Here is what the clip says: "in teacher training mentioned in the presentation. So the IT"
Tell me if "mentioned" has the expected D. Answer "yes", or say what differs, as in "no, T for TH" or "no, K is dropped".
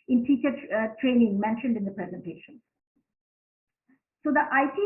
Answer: yes